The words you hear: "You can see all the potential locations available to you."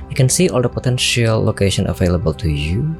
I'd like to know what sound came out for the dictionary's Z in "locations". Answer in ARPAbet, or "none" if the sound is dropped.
none